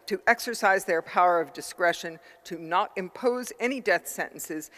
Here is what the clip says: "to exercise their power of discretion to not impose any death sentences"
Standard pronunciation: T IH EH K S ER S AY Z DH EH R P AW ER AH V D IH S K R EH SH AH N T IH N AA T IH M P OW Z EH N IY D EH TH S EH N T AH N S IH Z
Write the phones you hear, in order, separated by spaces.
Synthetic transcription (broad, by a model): T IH EH K S ER S AY Z DH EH R P AW ER AH V D IH S K R EH SH AH N T IH N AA T IH M P OW Z EH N IY D EH TH S EH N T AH N S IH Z